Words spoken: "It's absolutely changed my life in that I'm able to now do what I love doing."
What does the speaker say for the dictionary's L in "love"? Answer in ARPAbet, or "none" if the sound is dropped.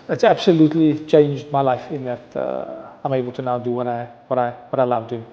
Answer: W